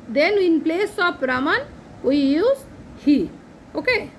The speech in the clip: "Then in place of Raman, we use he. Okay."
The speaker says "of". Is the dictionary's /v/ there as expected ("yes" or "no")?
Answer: no